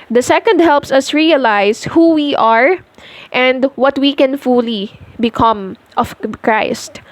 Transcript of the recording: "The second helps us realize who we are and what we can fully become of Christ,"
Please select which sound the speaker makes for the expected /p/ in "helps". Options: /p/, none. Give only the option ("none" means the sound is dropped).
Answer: /p/